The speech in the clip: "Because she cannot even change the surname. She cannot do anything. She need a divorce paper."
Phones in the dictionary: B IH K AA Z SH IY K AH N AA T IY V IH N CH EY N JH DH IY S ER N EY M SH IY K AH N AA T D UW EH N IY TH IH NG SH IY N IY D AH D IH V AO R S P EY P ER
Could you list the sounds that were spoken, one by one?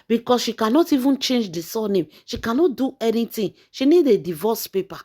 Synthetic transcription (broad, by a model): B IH K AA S SH IY K AH N AA T IY V IH N CH EY N JH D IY S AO N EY M SH IY K AH N AA T D UW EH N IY T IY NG SH IY N IY D AH D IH V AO S P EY P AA